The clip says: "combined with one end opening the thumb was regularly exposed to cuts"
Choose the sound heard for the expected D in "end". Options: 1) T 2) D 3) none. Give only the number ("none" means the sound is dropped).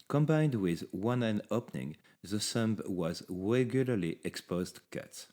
3